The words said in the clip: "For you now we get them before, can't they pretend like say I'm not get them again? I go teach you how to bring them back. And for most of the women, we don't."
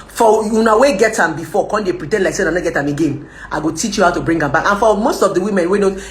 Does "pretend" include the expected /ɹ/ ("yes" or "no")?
yes